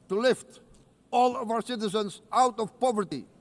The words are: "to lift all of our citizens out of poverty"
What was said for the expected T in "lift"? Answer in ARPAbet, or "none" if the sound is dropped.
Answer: T